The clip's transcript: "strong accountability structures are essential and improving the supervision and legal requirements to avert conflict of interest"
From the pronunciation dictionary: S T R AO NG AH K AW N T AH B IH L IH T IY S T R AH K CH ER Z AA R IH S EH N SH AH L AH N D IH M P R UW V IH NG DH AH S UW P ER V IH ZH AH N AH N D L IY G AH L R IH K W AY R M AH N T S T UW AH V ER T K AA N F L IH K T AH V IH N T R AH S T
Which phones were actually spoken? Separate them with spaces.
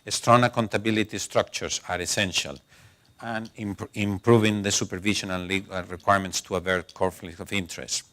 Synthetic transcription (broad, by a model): S T R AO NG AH K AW N T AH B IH L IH T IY S T R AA K CH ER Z AA R IH S EH N SH AH L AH N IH M P R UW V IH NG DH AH S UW P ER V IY SH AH N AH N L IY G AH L R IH K W AY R M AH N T S T UW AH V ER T K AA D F L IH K AH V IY N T R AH S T